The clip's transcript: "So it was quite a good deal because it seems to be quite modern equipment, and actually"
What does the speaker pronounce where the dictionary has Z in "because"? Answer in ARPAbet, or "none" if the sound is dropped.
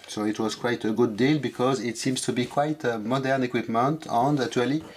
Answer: Z